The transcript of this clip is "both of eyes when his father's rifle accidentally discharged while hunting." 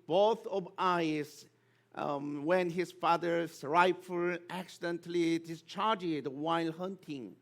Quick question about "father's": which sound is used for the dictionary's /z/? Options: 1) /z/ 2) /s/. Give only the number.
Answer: 2